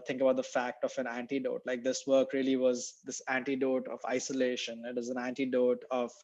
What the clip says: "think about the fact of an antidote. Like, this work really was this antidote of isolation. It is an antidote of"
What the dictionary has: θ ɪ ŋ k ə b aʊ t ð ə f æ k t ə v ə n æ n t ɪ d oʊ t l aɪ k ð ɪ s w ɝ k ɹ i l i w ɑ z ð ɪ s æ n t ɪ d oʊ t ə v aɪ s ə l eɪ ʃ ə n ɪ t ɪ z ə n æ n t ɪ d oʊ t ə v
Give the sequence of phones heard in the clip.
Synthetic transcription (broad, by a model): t ɪ ŋ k ə b aʊ t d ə f æ k t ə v ə n æ n t ɪ d oʊ t l aɪ k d ɪ s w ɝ k ɹ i l i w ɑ z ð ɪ s æ n t ɪ d oʊ t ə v aɪ s ə l eɪ ʃ ə n ɪ t ɪ z ə n æ n t ɪ d oʊ t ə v